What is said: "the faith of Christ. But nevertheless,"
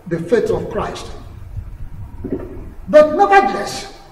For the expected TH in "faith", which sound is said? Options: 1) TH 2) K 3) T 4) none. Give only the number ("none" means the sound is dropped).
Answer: 3